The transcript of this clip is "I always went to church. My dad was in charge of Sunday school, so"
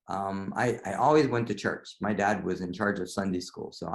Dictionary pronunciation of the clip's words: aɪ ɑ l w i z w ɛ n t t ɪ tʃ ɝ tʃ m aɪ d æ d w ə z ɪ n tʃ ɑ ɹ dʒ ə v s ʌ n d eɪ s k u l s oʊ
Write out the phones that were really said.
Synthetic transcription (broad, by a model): aɪ ɑ l w i z w ɛ n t t ɪ tʃ ɝ tʃ m aɪ d æ d w ə z ɪ n tʃ ɑ ɹ dʒ ə v s ʌ n d eɪ s k u l s oʊ